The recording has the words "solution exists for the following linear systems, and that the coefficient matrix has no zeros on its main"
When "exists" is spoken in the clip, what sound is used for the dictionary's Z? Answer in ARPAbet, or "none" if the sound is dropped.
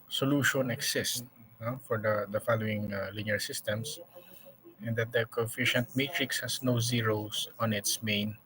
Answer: S